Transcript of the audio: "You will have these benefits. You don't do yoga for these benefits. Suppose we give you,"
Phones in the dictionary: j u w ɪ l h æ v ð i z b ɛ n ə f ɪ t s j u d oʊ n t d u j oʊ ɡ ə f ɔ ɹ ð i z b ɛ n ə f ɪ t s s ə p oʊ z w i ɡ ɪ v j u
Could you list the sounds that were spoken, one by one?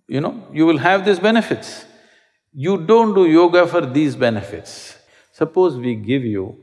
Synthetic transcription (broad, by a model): j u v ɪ l h æ v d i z b ɛ n ə f ɪ t s j u d oʊ n t d u j oʊ ɡ ə f ɔ ɹ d i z b ɛ n ə f ɪ t s s ə p oʊ z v i ɡ ɪ v j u